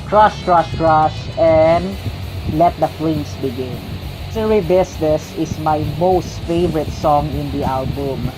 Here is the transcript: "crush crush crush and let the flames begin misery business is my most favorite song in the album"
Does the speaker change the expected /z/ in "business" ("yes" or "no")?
yes